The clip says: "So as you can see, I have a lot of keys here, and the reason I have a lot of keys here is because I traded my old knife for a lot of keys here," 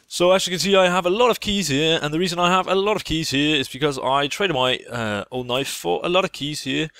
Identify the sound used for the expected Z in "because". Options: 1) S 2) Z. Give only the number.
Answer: 2